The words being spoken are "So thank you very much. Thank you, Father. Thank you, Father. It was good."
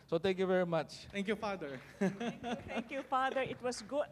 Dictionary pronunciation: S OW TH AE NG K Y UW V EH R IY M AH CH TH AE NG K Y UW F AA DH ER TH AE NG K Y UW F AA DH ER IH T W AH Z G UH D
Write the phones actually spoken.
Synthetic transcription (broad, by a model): S OW T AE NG K Y UW V EH R IY M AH CH T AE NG K Y UW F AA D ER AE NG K Y UW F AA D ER IH T W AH S G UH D